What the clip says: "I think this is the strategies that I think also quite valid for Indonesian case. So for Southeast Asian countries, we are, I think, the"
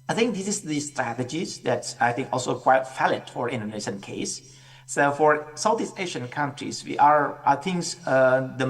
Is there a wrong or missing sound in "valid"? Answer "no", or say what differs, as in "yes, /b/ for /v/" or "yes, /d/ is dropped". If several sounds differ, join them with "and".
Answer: yes, /f/ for /v/